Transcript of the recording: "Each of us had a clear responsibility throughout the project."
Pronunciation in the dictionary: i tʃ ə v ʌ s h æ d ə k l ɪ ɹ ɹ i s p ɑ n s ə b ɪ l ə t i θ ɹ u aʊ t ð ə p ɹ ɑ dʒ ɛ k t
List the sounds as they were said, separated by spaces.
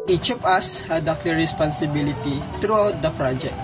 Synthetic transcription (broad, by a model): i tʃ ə p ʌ s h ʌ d ə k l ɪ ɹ ɹ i s p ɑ n s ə b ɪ l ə t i t ɹ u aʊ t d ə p ɹ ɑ dʒ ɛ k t